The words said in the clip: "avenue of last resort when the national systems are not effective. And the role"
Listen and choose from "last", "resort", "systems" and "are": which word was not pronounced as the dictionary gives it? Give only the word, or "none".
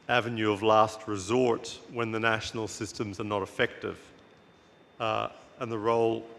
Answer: none